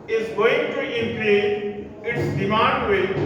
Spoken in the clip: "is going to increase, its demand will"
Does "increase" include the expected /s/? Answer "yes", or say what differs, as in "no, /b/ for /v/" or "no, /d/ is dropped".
no, /s/ is dropped